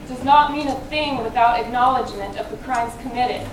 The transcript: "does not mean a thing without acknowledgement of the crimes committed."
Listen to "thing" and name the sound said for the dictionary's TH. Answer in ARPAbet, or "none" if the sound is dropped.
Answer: TH